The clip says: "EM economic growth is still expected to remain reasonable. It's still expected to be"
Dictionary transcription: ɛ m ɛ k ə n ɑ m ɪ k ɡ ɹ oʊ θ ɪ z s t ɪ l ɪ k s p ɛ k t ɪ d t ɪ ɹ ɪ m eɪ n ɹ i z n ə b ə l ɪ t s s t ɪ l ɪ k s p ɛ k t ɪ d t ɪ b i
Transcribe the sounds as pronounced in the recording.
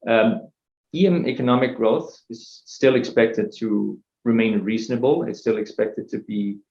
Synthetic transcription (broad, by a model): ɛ m ɛ k ə n ɑ m ɪ k ɡ ɹ oʊ θ ɪ z s t ɪ l ɪ k s p ɛ k t ɪ d t ɪ ɹ ɪ m eɪ n ɹ i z n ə b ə l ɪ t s s t ɪ l ɪ k s p ɛ k t ɪ d t ɪ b i